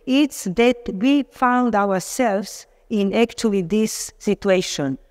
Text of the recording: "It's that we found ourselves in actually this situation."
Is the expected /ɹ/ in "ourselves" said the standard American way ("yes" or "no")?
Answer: no